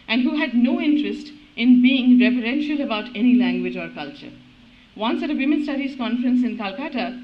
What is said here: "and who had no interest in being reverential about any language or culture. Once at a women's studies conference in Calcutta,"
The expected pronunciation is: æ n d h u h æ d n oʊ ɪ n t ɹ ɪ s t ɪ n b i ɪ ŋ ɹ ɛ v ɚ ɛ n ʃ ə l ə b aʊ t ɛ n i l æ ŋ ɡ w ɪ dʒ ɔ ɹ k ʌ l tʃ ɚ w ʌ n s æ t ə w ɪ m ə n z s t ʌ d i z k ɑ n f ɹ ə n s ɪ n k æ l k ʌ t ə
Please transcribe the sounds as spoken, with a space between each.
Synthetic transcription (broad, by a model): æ n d h u h æ d n oʊ ɪ n t ɹ ɪ s t ɪ n b i ɪ ŋ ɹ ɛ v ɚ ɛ n ʃ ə l ə b aʊ t ɛ n i l æ ŋ ɡ w ɪ dʒ ɔ ɹ k ʌ l tʃ ɚ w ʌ n s æ t ə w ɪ m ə n s t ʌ d i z k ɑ n f ɹ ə n s ɪ n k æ l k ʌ t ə